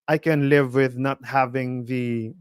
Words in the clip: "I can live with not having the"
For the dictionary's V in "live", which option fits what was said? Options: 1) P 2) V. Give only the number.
2